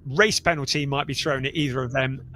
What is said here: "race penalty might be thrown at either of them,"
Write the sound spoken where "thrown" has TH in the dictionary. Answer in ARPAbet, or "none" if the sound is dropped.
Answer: TH